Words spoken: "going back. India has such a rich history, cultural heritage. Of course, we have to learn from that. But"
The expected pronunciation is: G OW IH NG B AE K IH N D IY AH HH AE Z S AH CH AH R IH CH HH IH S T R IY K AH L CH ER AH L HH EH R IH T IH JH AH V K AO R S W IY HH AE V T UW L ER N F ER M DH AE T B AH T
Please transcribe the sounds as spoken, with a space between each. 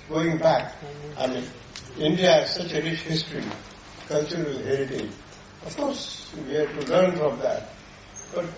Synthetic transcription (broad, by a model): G OW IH NG B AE K IH N D IY AH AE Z S AH CH AH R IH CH HH IH S T R IY K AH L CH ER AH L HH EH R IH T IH AH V K AO R S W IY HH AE T UW L ER N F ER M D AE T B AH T